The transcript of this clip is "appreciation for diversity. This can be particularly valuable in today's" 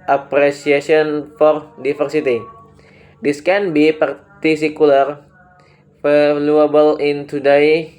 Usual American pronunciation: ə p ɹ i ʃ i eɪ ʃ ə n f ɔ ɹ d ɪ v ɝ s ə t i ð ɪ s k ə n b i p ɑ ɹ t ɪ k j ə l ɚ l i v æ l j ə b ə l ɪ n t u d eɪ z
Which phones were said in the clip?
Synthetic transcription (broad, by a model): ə p ɹ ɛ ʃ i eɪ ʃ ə n f ɔ ɹ d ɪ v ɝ s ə t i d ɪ s k ə n b i p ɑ ɹ t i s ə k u l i f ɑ l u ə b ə l ɪ n t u d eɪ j